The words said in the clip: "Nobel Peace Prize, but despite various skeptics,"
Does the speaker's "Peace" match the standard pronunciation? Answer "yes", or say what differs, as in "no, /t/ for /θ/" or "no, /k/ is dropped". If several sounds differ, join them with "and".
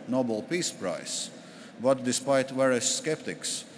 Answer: yes